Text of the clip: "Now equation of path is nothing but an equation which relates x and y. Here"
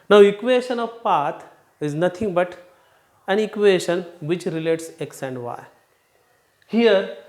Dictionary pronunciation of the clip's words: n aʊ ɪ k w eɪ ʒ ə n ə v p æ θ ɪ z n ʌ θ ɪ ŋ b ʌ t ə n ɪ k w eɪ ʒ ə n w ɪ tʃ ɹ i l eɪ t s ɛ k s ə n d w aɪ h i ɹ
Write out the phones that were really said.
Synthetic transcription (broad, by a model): n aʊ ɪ k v eɪ ʃ ə n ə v p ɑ t ɪ z n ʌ t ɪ ŋ b ʌ t ə n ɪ k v eɪ ʃ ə n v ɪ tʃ ɹ i l eɪ t s ɛ k s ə n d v aɪ h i ɹ